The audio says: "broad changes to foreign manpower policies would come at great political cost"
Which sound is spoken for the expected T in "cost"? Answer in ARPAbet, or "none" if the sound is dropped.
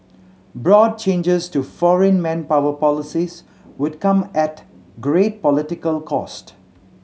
T